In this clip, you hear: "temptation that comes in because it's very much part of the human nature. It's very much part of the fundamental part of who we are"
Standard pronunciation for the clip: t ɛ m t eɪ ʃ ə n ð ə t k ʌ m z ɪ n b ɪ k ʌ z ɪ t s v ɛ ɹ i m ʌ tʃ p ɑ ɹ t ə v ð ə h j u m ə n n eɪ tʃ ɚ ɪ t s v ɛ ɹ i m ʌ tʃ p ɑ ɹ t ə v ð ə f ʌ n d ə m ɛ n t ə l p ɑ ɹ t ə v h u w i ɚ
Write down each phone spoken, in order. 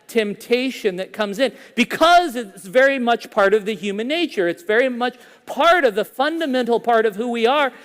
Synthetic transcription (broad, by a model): t ɛ m t eɪ ʃ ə n ð ə t k ʌ m z ɪ n b ɪ k ʌ z ɪ t s v ɛ ɹ i m ʌ tʃ p ɑ ɹ t ə v ð ə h j u m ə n n eɪ tʃ ɚ ɪ t s v ɛ ɹ i m ʌ tʃ p ɑ ɹ t ə v ð ə f ʌ n d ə m ɛ n t l p ɑ ɹ t ə v h u w i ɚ